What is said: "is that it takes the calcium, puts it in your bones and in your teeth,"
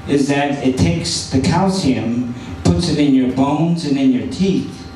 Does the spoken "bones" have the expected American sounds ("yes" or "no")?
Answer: yes